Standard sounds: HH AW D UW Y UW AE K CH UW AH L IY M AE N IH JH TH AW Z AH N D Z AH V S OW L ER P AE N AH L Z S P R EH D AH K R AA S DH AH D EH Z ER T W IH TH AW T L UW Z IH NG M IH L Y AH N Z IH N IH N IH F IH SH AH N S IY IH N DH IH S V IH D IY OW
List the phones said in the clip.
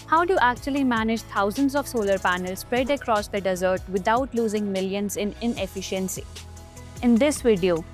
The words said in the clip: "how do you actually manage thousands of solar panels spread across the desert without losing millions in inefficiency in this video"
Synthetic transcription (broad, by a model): HH AW D UW Y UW AE K CH UW AH L IY M AE N IH JH T AW Z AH N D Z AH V S OW L ER P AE N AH L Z S P R EH D AH K R AA S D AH D EH Z ER T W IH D AW T L UW Z IH NG M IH L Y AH N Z IH N IH N IH F IH SH AH N S IY IH N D IH S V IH D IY OW